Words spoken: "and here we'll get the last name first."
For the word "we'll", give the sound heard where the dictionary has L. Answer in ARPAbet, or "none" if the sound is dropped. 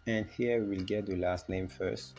L